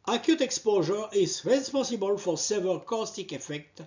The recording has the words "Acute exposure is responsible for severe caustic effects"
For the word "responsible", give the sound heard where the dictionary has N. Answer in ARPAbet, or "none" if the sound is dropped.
none